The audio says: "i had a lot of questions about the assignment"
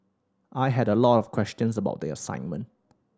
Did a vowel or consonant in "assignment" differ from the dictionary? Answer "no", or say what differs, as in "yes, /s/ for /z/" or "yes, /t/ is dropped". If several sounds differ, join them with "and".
no